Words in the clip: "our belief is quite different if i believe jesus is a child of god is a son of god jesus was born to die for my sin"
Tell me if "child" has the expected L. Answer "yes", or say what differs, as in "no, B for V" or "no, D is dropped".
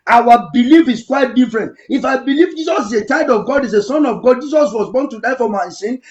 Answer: no, L is dropped